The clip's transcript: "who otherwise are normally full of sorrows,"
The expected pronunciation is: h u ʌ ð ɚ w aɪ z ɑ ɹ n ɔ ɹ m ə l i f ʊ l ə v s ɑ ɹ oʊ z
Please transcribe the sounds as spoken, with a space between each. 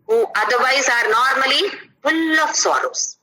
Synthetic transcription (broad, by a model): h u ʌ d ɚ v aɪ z ɑ ɹ n ɔ ɹ m ə l i p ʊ l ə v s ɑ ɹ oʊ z